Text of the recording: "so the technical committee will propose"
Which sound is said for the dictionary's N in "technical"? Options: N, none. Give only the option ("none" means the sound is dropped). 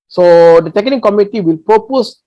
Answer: none